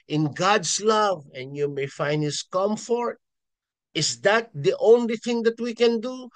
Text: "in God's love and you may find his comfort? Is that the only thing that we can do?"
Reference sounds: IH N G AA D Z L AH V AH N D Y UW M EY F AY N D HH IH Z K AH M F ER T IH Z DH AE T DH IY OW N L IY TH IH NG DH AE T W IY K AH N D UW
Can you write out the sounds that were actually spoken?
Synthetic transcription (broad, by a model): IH N G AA D S L AH V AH N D Y UW M EY F AY N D HH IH S K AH M F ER T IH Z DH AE T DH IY OW N L IY TH IH NG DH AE T W IY K AH N D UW